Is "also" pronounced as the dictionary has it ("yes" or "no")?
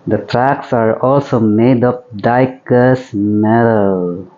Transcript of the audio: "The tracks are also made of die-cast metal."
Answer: yes